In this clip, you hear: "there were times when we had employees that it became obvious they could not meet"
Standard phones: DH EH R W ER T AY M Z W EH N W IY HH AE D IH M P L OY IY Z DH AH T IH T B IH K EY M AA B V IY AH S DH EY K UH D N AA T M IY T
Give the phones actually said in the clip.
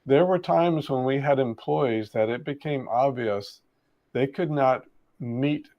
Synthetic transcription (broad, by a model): DH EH R W ER T AY M Z W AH N W IY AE D IH M P L OY IY Z DH AH T IH T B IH K EY M AA B V IY AH S DH EY K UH D N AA T M IY T